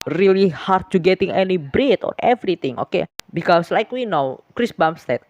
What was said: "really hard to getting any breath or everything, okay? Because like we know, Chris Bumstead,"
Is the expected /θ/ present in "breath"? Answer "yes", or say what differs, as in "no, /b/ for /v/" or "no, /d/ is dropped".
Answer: no, /t/ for /θ/